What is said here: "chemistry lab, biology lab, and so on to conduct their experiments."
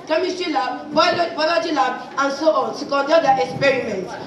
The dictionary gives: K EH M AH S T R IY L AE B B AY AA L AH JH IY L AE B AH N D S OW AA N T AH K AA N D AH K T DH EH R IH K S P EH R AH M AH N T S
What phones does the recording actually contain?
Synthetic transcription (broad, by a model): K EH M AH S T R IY L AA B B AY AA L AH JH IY L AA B AH N D S OW AA N S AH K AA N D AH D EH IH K S P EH R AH M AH N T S